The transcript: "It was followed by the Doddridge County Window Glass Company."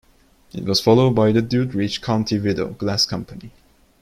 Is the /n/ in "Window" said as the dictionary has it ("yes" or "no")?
no